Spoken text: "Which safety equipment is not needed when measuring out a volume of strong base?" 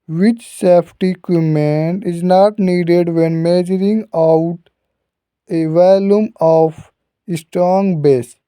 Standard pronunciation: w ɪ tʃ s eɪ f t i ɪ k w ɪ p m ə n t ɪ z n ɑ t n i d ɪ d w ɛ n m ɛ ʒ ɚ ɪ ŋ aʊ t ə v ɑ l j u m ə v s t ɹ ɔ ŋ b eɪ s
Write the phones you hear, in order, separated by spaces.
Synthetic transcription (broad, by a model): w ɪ tʃ s eɪ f t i k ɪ m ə n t ɪ z n ɑ t n i d ɪ d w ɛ n m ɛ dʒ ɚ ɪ ŋ aʊ t ə v ɑ l j u m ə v s t ɹ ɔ ŋ b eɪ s